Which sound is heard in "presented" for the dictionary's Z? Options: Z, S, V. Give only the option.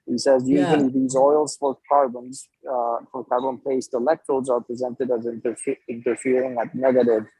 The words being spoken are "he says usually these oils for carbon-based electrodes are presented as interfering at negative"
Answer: Z